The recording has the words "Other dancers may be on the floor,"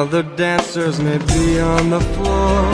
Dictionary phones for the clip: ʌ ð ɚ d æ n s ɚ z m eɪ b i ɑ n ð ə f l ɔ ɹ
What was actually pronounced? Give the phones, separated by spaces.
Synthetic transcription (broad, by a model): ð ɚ d æ n s ɚ z m eɪ b i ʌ n ð ə f l ɔ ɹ